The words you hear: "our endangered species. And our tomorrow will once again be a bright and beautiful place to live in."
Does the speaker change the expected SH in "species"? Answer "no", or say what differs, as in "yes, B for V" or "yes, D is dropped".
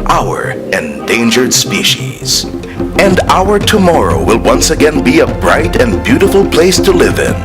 no